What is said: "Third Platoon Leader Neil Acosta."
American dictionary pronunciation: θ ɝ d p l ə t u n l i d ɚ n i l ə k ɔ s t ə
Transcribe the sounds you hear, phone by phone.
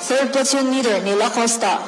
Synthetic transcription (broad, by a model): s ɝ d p ə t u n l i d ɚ n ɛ l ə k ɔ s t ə